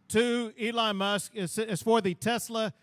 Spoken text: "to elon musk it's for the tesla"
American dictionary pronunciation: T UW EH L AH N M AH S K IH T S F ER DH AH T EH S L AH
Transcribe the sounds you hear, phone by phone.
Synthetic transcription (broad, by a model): T UW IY L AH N M AH S K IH S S F ER DH AH T EH S L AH